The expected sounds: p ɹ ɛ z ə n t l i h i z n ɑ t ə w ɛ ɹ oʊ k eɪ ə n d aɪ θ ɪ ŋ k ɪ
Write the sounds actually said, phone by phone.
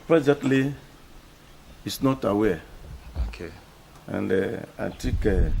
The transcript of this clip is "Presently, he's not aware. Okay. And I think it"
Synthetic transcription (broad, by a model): p ɹ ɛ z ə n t l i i s n ɑ t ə w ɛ oʊ k eɪ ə n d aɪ t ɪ k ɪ